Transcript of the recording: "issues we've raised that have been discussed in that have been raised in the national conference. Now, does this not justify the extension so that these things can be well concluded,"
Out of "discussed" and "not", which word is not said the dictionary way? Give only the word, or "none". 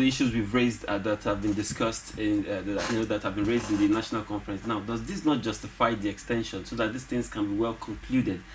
none